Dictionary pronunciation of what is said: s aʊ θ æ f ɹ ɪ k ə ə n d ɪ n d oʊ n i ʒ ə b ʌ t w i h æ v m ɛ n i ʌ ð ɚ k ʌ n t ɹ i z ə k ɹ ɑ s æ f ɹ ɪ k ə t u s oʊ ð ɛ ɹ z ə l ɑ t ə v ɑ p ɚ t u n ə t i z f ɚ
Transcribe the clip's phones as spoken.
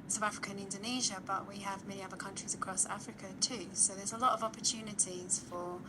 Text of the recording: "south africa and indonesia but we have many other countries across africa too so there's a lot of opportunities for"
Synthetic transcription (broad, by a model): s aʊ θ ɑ f ɹ ɪ k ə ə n ɪ n d oʊ n i ʒ ə b ʌ t w i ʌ v m ɛ n i ʌ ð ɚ k ʌ n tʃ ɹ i z ə k ɹ ɑ s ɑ f ɹ ɪ k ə t u s oʊ ð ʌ z ə l ɑ t ə v ɑ p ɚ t u n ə t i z f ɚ